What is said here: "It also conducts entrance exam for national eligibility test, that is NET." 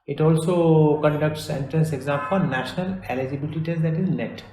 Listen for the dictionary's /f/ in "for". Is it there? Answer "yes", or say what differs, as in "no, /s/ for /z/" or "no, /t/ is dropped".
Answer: no, /p/ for /f/